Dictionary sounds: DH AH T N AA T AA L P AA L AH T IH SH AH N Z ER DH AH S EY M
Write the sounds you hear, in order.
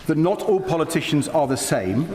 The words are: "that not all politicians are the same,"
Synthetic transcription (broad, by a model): DH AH T N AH T AA L P AA L AH T IH SH AH N Z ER DH AH S EY M